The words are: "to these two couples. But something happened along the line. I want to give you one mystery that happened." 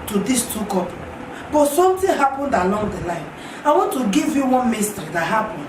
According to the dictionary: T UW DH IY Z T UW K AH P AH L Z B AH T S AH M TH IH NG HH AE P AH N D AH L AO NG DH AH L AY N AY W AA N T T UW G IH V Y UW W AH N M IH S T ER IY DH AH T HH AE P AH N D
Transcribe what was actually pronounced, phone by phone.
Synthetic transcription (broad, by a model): T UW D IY S T UW K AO P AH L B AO T S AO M T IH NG HH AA P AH N D AH L AO NG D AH L AY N AY W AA N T T UW G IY V Y UW W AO N M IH S T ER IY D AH T HH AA P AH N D